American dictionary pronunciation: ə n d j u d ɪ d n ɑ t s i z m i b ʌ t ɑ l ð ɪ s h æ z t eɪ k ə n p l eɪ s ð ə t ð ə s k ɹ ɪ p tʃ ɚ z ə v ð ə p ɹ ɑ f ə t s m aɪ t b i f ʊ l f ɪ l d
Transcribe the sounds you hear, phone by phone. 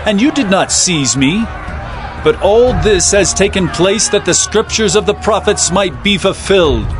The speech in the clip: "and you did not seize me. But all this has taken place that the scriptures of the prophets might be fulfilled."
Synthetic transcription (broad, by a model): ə n j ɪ d ɪ d n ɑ t s i z m i b ʌ t ɑ l ð ɪ s h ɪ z t eɪ k ə n p l eɪ s ð ə t ð ə s k ɹ ɪ p tʃ ɚ z ə v ð ə p ɹ ɑ f ə t s m aɪ t b i f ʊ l f ɪ l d